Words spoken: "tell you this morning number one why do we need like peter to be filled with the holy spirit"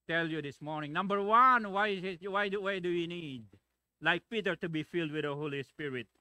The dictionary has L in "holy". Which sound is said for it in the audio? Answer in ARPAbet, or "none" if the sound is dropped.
L